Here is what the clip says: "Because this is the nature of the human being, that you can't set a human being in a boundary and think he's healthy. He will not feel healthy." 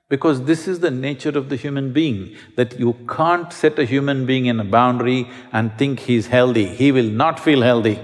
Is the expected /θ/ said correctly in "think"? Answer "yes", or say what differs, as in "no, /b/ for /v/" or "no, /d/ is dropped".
no, /t/ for /θ/